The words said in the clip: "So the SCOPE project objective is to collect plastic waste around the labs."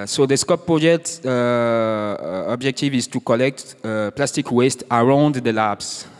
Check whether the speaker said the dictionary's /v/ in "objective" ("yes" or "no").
yes